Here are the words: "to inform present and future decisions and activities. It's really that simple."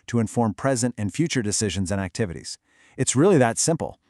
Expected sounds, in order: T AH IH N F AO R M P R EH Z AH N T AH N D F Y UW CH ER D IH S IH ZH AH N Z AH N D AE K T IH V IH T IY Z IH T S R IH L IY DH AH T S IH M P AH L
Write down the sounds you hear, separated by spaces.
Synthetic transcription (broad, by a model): T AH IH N F AO R M P R EH Z AH N T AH N F Y UW CH ER D IH S IH ZH AH N Z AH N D AE K T IH V IH T IY Z IH T S R IH L IY DH AH T S IH M P L